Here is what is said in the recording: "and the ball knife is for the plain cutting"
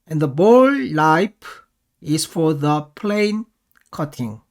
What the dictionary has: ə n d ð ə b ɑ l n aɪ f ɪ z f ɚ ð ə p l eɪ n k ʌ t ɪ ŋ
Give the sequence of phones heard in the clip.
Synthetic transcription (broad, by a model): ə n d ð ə b ɑ l l aɪ p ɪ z f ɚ ð ə p l eɪ n k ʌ t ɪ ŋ